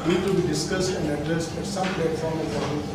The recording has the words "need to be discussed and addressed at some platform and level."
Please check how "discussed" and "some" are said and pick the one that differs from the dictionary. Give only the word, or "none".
none